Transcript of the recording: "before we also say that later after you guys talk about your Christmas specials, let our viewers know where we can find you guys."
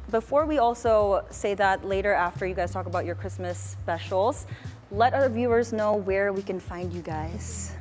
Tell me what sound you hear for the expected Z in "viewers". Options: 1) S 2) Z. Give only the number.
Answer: 2